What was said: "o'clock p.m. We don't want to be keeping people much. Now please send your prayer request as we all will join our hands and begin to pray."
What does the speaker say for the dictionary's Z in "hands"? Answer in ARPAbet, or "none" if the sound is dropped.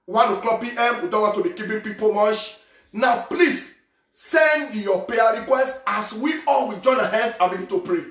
S